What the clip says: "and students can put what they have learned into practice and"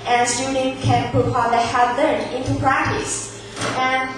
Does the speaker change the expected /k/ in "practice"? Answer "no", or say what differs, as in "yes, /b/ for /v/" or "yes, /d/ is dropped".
no